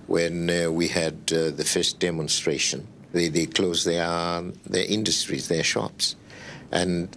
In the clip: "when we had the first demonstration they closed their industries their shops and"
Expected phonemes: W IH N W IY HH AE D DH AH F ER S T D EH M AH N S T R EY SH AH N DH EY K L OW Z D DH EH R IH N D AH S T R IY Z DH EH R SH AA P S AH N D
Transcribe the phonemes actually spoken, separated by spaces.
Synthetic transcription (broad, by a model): W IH N W IY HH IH D DH AH F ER S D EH M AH N S T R EY SH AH N DH EY K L OW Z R DH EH R IH N D AH S T R IY Z DH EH R SH AA P S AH N